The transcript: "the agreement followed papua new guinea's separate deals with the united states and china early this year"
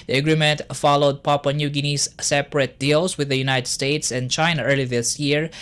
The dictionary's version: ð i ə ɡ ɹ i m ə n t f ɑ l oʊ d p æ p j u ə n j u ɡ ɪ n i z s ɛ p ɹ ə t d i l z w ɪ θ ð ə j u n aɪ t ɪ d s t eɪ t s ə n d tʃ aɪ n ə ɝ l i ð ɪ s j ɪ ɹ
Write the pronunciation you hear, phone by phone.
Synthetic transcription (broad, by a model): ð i ə ɡ ɹ i m ə n t f ɑ l oʊ d p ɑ p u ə n j u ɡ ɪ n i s s ɛ p ɹ ə t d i l s w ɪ ð ə j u n aɪ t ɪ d s t eɪ t s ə n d tʃ aɪ n ə ɝ l i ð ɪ s j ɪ ɹ